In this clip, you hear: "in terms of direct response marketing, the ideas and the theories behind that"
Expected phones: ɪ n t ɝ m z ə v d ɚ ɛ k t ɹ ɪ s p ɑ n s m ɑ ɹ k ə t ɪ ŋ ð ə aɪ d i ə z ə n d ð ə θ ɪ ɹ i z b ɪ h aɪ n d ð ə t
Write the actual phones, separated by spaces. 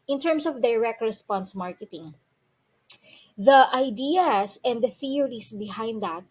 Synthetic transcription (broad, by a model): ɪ n t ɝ m s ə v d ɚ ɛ k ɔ ɹ ɪ s p ɑ n s m ɑ ɹ k ə t ɪ ŋ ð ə aɪ d i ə s ə n d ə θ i ɹ i s b ɪ h aɪ n d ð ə t